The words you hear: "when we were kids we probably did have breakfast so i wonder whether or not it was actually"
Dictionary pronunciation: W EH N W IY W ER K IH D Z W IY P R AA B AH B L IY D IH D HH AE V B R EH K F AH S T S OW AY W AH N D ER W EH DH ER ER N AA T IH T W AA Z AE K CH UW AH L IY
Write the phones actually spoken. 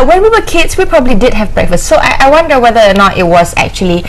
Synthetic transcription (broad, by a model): W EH N W IY W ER K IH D S W IY P R AA B AH B L IY D IH D HH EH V B R EH K F AH S T S OW AY W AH N D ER W EH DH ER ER N AA T IH T W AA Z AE K CH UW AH L IY